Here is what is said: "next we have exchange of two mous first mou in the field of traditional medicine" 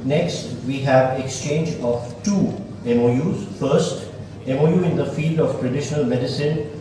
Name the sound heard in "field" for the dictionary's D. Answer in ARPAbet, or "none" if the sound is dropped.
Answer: D